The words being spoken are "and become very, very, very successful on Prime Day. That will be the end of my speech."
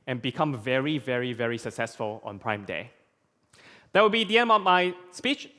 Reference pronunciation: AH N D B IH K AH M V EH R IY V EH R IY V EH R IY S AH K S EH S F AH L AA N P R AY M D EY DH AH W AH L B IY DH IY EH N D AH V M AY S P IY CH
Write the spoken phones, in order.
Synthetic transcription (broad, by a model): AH N B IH K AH M V EH R IY V EH R IY V EH R IY S AH K S EH S F AH L AA N P R AY M D EY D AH W AH L B IY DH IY EH N D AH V M AY S P IY CH